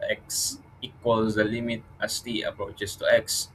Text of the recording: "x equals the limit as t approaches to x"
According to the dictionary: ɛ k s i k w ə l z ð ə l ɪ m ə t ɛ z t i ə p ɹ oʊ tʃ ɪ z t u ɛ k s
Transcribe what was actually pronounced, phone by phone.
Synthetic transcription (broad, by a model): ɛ k s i k w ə l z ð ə l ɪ m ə t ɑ s t i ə p ɹ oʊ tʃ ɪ s t u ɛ k s